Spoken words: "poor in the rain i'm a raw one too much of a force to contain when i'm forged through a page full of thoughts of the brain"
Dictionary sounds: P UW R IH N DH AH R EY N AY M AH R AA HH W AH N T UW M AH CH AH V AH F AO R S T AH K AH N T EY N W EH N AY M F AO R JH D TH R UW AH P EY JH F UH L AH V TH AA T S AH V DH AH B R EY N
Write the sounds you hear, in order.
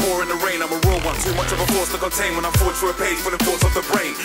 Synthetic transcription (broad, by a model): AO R IH N DH AH R EY N AY M AH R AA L W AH N S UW M AH CH AH V AH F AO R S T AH K AH N T EY N W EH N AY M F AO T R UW AH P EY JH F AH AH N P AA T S AH V DH AH B R EY N